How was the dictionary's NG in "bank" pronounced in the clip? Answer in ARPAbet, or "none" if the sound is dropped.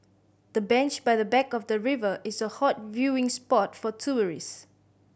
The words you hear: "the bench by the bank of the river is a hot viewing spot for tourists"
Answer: none